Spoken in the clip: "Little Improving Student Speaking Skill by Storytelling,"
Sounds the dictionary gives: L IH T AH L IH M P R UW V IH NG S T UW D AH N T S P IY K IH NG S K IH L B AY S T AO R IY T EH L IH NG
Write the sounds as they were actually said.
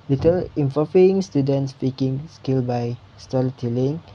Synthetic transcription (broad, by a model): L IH T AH L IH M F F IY IH NG S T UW D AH N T S P IY K IH NG S K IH L B AY S T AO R IY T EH L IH NG